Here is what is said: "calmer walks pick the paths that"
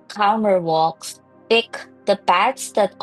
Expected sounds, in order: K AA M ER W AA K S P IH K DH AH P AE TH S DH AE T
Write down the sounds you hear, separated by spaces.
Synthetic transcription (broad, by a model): K AA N ER W AA K S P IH K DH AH B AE T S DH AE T